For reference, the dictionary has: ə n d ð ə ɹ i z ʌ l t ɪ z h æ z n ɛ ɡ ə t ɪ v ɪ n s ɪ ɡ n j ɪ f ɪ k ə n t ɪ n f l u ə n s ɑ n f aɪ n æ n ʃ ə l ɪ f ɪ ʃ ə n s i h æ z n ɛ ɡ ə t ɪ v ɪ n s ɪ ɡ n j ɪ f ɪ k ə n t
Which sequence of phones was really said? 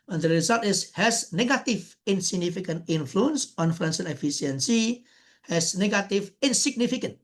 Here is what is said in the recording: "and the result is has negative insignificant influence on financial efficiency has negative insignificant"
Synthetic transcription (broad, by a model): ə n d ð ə ɹ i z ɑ l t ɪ s h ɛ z n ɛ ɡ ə t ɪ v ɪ n s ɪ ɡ n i f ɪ k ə n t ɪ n f l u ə n s ɑ n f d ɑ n s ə n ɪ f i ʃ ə n s i h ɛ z n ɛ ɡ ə t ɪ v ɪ n s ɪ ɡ n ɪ f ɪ k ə n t